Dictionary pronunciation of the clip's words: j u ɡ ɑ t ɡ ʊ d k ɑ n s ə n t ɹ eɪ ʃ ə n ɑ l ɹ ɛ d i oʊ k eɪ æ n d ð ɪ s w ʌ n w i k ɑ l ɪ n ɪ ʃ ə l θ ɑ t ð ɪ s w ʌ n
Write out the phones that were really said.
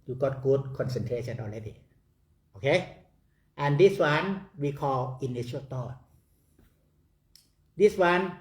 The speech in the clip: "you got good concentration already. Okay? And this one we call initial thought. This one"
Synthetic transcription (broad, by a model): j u ɡ ɑ t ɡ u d k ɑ n s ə n t ɹ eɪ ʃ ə n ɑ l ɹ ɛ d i oʊ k eɪ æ n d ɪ s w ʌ n w i k ɑ l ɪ n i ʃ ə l t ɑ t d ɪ s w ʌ n